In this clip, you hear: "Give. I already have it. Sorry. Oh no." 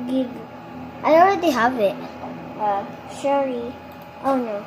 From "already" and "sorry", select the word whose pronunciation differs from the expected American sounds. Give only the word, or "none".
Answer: sorry